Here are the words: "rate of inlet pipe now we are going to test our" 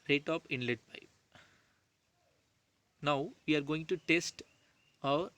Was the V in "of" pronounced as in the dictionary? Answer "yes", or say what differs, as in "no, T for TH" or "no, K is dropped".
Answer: no, P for V